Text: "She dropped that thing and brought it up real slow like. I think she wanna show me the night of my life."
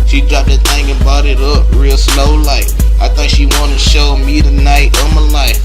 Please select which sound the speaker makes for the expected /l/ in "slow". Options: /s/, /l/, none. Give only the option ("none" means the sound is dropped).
/l/